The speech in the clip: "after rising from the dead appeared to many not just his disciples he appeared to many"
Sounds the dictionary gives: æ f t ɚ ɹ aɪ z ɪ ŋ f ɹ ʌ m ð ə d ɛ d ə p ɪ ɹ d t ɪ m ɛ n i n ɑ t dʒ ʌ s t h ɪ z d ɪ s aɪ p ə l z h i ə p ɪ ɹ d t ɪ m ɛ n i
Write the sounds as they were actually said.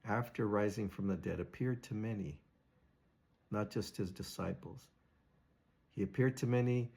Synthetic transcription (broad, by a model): æ f t ɚ ɹ aɪ z ɪ ŋ f ɹ ʌ m ð ə d ɛ d ə p ɪ ɹ d t ɪ m ɛ n i n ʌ t dʒ ʌ s t h ɪ z d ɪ s aɪ p l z h i ə p ɪ ɹ d t ɪ m ɛ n i